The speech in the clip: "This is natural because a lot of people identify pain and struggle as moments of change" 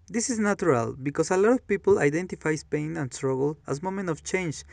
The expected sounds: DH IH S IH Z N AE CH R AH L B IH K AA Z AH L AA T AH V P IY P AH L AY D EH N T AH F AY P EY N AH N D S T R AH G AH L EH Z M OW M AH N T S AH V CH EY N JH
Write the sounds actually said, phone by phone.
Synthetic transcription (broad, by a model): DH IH S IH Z N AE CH R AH L B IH K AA S AH L AA T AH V P IY P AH L AY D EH N T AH F AY P EY N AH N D S T R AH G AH L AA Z M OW M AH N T AH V CH EY N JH